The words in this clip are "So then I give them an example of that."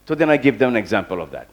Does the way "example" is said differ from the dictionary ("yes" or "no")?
no